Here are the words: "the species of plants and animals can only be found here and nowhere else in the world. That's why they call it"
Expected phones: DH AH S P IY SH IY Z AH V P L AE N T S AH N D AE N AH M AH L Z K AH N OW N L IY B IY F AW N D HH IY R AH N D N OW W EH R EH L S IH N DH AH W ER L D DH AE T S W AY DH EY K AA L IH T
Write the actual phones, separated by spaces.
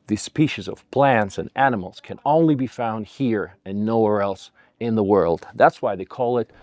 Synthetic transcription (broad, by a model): DH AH S P IY SH IY Z AH V P L AE N T S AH N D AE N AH M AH L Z K AH N OW N L IY B IY F AW N D HH IY R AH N N OW W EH R EH L S IH N DH AH W ER L D DH AE T S W AY DH EY K AA L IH T